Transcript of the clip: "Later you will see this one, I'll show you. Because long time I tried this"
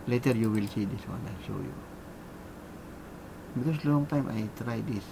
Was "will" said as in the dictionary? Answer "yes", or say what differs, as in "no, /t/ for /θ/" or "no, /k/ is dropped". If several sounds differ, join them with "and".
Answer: yes